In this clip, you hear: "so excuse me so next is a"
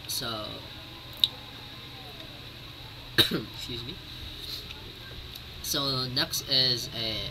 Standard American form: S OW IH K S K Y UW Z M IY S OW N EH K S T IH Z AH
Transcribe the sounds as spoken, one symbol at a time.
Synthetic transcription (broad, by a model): S OW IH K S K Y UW Z M IY S OW N EH K S T IH Z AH